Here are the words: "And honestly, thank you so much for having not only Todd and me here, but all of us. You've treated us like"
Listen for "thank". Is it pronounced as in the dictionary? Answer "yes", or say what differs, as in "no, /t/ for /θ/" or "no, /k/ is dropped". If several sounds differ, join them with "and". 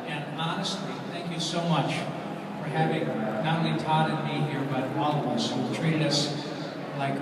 yes